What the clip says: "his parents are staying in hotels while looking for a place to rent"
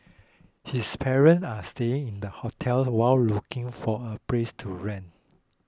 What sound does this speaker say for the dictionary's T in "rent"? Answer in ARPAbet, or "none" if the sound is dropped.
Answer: none